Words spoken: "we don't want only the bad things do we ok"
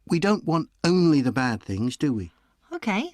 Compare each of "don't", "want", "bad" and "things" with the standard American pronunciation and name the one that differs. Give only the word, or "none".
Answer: none